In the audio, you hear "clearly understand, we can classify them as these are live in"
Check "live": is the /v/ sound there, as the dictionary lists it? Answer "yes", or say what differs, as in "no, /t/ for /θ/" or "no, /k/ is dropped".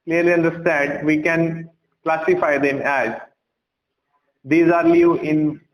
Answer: no, /v/ is dropped